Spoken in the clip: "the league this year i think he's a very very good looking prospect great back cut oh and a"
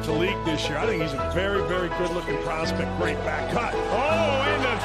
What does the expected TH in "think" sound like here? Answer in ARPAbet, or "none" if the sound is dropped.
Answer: TH